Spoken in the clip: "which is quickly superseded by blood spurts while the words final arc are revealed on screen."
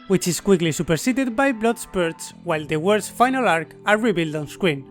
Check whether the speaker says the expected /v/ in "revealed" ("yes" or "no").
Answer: no